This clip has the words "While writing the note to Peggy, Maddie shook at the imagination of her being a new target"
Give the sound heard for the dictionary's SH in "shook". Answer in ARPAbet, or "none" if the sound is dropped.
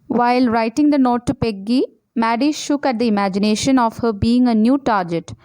SH